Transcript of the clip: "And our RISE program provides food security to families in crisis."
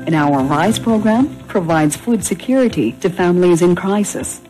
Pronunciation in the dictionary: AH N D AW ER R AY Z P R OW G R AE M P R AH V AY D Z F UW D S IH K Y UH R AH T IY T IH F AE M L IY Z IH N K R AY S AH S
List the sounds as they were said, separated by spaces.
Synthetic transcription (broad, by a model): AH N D AW ER R AY Z P R OW G R AE M P R AH V AY D Z F UW D S IH K Y UH R AH T IY T IH F AE M L IY Z IH N K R AY S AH S